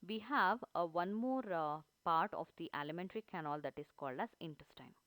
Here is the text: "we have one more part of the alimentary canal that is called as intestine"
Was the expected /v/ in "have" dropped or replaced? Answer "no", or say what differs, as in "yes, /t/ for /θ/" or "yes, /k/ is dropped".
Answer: no